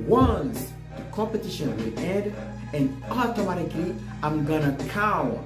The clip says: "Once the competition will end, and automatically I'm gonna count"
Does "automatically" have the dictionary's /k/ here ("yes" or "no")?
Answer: yes